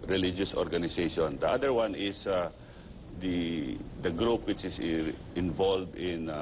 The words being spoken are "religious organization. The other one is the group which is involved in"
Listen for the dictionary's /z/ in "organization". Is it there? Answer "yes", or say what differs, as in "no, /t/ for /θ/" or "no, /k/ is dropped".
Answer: no, /s/ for /z/